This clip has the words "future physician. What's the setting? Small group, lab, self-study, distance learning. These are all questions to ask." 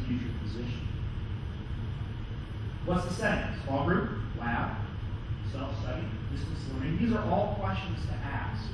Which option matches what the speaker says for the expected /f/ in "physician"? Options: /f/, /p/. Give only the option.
/p/